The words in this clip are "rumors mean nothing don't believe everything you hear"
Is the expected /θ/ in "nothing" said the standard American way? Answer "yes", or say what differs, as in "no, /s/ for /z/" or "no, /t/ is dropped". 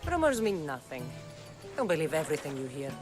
yes